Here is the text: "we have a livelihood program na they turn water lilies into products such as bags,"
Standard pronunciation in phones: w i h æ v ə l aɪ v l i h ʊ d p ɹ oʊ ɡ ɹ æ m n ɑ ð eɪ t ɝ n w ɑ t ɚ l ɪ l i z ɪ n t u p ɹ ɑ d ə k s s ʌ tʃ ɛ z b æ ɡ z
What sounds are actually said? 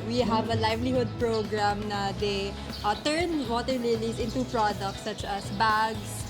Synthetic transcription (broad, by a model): w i h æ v ə l aɪ v l i h ʊ d p ɹ oʊ ɡ ɹ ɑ m n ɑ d eɪ t ɝ n w ɑ t ɚ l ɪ l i s ɪ n t u p ɹ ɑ d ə k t s ʌ tʃ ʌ s b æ ɡ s